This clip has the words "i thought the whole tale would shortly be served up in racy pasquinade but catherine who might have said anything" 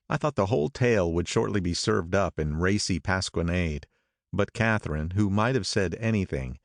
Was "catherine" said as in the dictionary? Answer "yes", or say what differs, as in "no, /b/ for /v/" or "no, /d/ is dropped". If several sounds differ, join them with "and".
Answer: yes